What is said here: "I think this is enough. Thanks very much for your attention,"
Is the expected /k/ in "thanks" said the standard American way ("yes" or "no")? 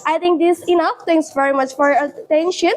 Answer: no